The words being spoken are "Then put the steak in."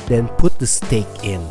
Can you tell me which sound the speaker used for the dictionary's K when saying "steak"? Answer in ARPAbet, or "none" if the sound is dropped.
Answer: K